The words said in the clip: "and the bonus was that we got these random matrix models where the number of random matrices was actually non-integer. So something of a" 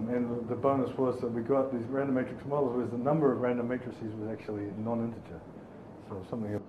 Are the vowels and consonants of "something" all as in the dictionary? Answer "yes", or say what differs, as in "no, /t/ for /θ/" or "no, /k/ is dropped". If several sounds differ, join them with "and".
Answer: yes